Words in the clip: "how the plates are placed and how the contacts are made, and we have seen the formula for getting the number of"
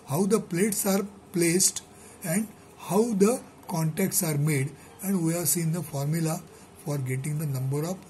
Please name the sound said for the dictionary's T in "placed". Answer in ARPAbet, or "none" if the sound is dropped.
T